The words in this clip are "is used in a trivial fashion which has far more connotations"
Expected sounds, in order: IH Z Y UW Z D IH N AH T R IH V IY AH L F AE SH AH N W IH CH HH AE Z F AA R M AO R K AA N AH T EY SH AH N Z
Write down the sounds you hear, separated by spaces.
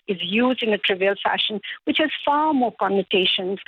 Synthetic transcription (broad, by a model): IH Z Y UW Z D IH N AH T R IH V IY AH L F AE SH AH N W IH CH HH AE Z F AA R M AO R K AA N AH T EY SH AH N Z